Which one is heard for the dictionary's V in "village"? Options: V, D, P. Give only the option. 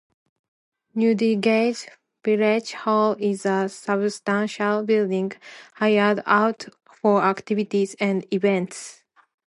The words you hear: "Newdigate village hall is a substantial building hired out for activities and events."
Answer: P